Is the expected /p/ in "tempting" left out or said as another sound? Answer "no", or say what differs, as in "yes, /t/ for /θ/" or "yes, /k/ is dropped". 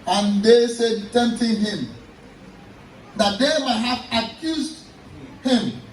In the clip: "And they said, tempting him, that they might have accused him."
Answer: yes, /p/ is dropped